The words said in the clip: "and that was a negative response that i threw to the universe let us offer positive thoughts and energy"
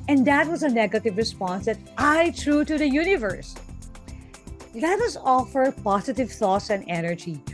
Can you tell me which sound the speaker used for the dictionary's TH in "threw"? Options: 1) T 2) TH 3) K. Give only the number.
1